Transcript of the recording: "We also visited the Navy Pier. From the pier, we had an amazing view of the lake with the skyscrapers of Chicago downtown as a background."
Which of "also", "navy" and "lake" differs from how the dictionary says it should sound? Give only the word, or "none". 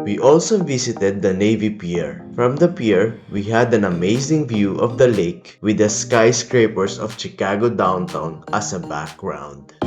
none